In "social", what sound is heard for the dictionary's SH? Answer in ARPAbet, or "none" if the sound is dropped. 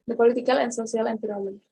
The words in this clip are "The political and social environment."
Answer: S